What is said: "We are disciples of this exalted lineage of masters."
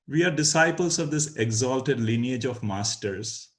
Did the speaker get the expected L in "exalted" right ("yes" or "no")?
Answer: yes